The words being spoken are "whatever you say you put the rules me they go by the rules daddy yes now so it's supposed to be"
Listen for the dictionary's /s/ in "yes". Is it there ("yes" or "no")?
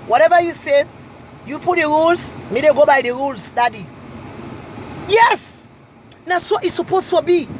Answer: yes